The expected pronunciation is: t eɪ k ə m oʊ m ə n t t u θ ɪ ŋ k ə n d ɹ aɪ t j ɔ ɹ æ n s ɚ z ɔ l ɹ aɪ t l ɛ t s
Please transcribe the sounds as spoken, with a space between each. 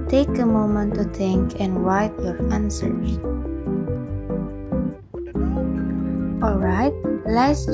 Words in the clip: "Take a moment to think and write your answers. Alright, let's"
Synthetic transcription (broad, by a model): t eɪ k ə m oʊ m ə n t t u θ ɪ ŋ k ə n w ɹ aɪ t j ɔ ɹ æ n s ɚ ɔ l ɹ aɪ t l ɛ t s